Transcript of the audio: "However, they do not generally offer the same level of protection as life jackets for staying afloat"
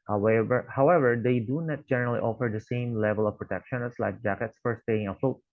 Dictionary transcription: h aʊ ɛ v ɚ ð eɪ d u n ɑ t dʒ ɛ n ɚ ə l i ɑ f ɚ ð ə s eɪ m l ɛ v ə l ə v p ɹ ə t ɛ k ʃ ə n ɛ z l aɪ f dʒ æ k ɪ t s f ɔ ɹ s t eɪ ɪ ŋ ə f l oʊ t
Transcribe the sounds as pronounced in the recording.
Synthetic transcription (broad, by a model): h aʊ ɛ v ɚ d eɪ d u n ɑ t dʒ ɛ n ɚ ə l i ɑ f ɚ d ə s eɪ m l ɛ v ə l ə v p ɹ ə t ɛ k ʃ ə n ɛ s l aɪ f dʒ æ k ɪ t s f ɔ ɹ s t eɪ ɪ ŋ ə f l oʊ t